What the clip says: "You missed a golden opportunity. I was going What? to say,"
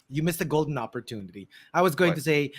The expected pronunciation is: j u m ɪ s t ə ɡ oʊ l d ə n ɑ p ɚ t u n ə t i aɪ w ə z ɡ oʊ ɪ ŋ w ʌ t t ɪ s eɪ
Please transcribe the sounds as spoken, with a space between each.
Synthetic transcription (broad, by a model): j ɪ m ɪ s ə ɡ oʊ l d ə n ɑ p ɚ t u n ə t i aɪ w ə z ɡ oʊ ɪ ŋ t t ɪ s eɪ